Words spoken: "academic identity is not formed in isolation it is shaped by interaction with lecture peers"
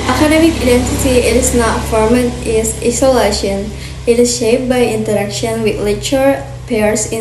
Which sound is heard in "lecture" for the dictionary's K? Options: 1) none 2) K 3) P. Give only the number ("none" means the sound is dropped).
1